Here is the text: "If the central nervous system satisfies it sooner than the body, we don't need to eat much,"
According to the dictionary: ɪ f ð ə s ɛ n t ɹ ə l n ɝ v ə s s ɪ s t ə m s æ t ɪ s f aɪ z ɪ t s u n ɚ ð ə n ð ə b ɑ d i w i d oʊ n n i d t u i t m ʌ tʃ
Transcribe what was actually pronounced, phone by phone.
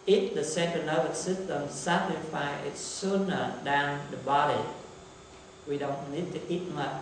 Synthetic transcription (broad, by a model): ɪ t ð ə s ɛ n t ə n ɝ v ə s s ɪ s t ə m s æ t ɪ f aɪ ɪ t s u n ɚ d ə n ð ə b ɑ d i w i d oʊ n n i d t u i t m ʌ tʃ